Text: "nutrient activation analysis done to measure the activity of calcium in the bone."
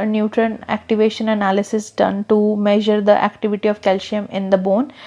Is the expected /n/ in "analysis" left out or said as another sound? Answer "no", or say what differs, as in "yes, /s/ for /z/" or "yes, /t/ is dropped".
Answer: no